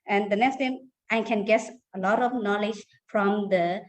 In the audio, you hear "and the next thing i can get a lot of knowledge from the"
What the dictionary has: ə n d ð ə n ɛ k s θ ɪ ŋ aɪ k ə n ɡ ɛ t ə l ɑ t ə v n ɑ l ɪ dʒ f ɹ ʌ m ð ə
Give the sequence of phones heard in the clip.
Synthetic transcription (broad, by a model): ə n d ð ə n ɛ k s t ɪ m aɪ k ə n ɡ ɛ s ə l ɑ t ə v n ɑ l ɪ dʒ f ɹ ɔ m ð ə